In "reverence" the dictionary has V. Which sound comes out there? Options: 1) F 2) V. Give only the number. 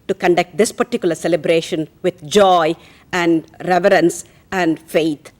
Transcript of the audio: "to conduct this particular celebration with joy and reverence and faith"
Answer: 2